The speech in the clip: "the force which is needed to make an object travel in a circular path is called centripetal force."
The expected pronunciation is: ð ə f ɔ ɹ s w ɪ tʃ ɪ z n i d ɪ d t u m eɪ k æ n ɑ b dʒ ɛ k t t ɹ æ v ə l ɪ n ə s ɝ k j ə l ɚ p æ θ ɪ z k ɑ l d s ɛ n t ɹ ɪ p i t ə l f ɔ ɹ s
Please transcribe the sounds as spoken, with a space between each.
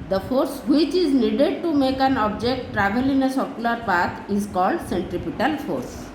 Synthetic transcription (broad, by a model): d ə f ɔ ɹ s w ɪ tʃ ɪ z n i d ɪ d t u m eɪ k æ n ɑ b dʒ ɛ k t t ɹ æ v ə l ɪ n ə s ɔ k j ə l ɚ p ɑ t ɪ z k ɑ l d s ɛ n t ɹ ɪ p i t ə l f ɔ ɹ s